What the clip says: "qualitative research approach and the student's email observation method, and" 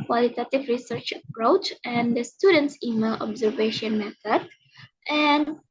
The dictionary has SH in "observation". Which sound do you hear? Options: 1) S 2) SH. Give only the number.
2